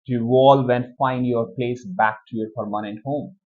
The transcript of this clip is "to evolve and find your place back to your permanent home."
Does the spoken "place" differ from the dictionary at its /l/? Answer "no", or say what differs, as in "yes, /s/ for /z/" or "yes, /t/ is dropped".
no